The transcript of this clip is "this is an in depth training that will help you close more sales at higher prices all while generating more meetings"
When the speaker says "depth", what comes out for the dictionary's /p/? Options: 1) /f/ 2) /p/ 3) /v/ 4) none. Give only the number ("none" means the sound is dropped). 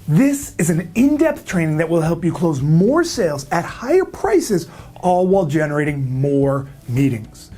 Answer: 2